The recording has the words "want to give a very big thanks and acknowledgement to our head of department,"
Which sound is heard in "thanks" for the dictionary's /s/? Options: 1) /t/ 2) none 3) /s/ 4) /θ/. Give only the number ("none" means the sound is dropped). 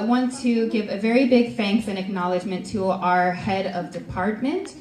4